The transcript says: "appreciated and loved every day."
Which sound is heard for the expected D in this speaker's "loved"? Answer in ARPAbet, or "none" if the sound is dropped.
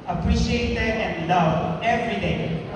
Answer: none